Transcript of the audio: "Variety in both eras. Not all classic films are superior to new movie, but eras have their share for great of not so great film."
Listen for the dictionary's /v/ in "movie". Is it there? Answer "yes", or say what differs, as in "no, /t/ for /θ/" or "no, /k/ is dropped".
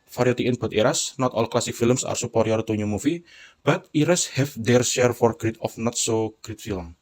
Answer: no, /f/ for /v/